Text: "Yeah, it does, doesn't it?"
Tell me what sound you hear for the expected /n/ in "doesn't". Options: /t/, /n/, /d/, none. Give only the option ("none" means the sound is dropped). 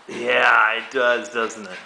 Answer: /n/